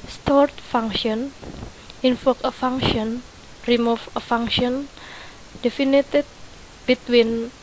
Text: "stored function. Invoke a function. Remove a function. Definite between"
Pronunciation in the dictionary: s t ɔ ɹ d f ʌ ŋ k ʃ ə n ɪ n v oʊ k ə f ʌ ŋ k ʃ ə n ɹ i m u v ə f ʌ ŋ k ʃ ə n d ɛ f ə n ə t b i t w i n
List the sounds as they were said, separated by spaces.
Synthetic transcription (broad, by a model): s t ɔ ɹ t f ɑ ŋ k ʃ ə n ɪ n f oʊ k ə f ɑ ŋ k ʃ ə n ɹ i m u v ə f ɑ ŋ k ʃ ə n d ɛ f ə n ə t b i t w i n